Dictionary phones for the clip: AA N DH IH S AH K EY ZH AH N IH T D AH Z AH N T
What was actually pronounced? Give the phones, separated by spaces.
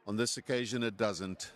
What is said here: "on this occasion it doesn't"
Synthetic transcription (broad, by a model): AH N DH IH S AH K EY ZH AH N IH T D AH Z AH N T